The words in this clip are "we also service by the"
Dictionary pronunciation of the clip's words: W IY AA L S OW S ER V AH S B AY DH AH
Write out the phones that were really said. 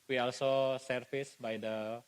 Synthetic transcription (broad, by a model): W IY AA L S OW S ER F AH S B AY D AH